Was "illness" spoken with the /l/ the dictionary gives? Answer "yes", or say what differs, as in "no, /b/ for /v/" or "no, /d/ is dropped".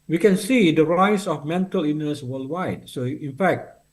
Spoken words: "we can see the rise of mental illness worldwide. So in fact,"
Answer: no, /l/ is dropped